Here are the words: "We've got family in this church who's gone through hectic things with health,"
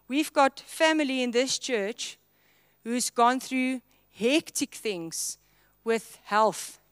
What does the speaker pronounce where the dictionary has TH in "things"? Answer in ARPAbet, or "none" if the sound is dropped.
TH